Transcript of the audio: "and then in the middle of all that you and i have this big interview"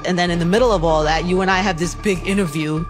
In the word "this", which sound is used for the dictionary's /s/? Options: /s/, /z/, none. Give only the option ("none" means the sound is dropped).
/s/